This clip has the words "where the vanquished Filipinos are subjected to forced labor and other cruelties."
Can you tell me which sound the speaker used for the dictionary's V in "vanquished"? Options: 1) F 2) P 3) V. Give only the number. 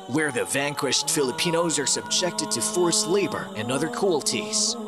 3